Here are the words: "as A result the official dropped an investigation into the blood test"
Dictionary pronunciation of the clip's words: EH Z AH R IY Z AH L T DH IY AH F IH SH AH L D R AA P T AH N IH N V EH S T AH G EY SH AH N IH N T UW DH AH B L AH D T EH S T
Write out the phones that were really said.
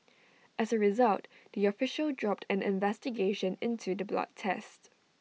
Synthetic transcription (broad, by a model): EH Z AH R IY Z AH L T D IY AH F IH SH AH L D R AA P T AH N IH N V EH S T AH G EY SH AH N IH N T UW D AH B L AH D T EH S T